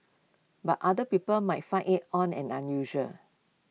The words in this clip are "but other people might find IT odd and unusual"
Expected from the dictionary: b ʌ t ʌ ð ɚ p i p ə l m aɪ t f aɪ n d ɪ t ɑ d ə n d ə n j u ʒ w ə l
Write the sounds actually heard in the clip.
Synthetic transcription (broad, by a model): b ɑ t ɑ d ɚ p i p ə l m aɪ t f aɪ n ɪ t ɑ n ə n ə n j u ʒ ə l